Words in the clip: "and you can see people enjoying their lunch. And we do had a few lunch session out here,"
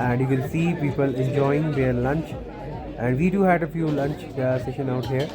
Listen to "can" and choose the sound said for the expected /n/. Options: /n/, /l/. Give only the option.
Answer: /l/